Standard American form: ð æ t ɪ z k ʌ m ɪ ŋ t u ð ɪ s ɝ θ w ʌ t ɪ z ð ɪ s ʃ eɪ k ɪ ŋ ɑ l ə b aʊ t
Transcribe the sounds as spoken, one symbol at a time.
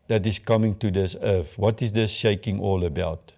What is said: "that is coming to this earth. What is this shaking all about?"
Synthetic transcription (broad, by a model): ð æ t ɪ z k ʌ m ɪ ŋ t u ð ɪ s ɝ f w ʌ t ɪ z ð ɪ s ʃ eɪ k ɪ ŋ ɑ l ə b aʊ t